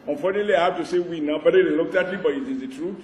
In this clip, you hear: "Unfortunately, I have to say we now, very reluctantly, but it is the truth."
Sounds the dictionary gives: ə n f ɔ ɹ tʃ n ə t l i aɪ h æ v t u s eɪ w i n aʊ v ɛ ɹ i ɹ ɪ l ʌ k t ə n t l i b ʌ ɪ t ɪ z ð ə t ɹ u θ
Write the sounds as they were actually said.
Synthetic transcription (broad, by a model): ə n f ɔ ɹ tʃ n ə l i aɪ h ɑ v t u s eɪ w i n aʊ b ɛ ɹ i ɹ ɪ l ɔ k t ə t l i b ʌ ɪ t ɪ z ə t ɹ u